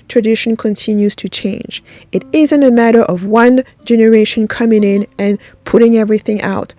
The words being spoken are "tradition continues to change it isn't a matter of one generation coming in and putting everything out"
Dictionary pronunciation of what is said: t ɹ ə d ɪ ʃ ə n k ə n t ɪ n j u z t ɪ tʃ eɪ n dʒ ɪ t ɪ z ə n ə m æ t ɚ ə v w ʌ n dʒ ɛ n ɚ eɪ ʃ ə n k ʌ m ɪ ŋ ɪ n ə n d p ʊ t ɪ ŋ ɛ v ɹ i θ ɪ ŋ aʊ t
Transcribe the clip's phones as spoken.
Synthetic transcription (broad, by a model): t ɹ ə d ɪ ʃ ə n k ə n t ɪ n j u z t ɪ tʃ eɪ n dʒ ɪ t ɪ z ə n ə m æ t ɚ ə v w ʌ n dʒ ɛ n ɚ eɪ ʃ ə n k ʌ m ɪ ŋ ɪ n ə n p ʊ t ɪ ŋ ɛ v ɹ i θ ɪ ŋ aʊ t